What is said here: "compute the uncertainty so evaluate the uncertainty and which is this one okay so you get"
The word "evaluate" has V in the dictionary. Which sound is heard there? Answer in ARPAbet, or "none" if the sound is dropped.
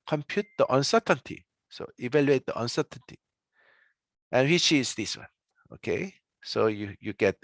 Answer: V